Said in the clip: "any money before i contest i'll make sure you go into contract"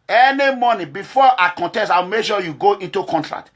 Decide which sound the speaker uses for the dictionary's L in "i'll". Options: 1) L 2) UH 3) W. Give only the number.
3